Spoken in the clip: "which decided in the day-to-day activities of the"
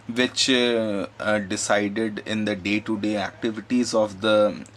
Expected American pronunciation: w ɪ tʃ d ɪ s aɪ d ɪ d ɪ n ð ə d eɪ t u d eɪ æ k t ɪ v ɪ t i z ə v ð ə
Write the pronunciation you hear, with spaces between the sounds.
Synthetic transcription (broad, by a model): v ɪ tʃ d ɪ s aɪ d ɪ d ɪ n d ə d eɪ t u d eɪ æ k t ɪ v ɪ t i z ə v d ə